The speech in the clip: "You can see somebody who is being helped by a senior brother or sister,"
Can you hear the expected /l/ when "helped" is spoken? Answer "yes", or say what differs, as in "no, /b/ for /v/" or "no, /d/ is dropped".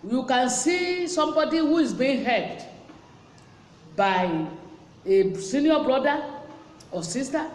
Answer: no, /l/ is dropped